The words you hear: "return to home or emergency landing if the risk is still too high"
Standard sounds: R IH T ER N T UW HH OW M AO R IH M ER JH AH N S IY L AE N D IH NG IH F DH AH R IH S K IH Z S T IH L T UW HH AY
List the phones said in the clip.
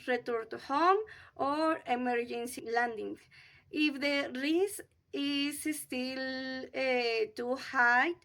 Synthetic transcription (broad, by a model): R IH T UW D T UW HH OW M AO R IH M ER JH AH N S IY L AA N D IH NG IH F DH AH R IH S IH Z S T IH L T UW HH AY